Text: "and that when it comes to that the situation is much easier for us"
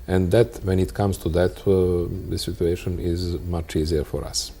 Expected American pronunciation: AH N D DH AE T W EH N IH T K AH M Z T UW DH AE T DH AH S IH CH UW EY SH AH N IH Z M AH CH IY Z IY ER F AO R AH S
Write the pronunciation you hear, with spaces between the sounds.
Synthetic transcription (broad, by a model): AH N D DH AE T W EH N IH T K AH M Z T UW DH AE T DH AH S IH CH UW EY SH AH N IH Z M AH CH IY Z IY ER F AO R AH S